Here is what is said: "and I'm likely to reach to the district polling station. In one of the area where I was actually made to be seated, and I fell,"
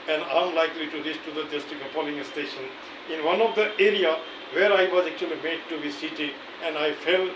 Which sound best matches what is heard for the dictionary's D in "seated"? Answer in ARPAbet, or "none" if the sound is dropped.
none